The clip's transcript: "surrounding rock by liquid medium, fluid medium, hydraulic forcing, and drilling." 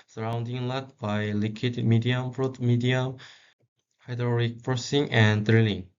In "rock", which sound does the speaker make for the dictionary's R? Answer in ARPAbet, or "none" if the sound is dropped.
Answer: L